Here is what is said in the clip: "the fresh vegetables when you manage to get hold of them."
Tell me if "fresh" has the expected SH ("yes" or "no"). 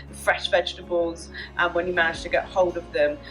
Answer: yes